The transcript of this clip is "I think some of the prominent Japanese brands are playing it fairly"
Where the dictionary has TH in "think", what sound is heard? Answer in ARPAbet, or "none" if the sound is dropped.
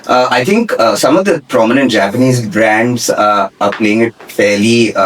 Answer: T